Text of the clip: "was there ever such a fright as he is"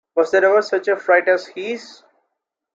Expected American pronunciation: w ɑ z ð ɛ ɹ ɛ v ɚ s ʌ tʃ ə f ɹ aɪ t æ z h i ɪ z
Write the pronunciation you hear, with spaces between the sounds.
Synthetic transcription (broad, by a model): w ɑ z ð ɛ ɹ ɛ v ɚ s ʌ tʃ ə f ɹ aɪ t æ z h i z